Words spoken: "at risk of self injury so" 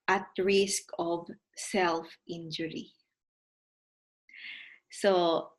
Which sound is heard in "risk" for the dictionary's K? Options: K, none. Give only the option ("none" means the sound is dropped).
K